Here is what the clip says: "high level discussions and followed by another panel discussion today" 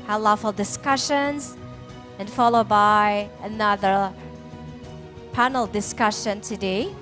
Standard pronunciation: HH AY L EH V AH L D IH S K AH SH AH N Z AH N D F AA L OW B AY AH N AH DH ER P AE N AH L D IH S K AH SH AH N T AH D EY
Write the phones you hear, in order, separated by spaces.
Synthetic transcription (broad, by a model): HH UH L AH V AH L D IH S K AH SH AH N Z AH N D F AA L OW B AY AH N AH DH ER P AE N L D IH S K AH SH AH N T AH D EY